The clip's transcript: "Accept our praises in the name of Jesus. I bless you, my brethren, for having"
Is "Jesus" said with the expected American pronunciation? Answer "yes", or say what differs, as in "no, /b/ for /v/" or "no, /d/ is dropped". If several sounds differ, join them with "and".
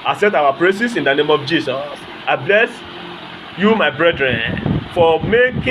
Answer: no, /s/ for /z/